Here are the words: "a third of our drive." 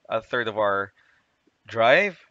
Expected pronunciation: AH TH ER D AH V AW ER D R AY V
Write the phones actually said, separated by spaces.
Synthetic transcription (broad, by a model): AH TH ER D AH V AW ER D R AY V